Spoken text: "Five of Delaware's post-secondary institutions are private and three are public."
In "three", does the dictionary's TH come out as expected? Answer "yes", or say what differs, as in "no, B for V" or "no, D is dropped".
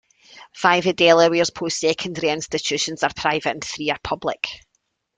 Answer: yes